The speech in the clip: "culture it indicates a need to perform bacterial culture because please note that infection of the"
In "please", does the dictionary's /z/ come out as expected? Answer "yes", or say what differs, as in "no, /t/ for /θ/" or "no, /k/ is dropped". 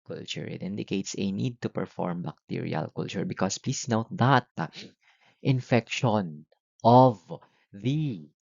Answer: no, /s/ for /z/